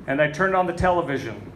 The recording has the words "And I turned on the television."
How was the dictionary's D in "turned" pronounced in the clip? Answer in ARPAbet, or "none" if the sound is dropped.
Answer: D